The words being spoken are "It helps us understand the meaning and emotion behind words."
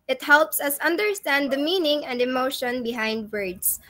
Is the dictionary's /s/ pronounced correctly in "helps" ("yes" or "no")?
yes